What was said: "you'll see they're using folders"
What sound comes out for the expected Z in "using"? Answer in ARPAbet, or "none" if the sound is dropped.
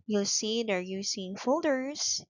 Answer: S